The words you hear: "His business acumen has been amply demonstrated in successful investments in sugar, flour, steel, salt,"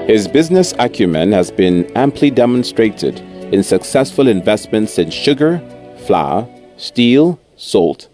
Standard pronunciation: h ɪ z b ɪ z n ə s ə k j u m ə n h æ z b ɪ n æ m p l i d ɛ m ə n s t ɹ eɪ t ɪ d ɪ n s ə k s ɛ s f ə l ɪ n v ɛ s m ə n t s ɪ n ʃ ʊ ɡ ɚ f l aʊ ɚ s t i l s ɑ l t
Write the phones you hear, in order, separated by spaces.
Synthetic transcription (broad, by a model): h ɪ z b ɪ z n ə s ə k j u m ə n h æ z b ɪ n æ m p l i d ɛ m ə n s t ɹ eɪ t ɪ d ɪ n s ə k s ɛ s f ə l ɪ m v ɛ s m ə n t s ɪ n ʃ ʊ ɡ ɚ f l aʊ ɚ s t i l s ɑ l t